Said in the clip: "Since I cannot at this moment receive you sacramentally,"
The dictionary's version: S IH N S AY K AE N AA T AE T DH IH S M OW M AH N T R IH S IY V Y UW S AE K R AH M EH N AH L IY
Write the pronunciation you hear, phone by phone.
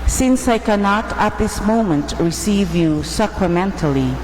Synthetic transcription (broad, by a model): S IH N S AY K AE N AA T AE T DH IH S M OW M AH N T R IH S IY V Y UW S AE K R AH M EH N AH L IY